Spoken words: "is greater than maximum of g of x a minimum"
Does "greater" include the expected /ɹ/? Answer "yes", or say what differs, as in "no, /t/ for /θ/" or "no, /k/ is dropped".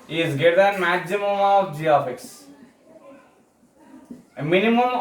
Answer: no, /ɹ/ is dropped